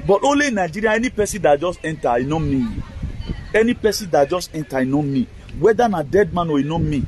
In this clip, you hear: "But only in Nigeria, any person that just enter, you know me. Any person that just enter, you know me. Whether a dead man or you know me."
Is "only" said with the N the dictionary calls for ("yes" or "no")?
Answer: no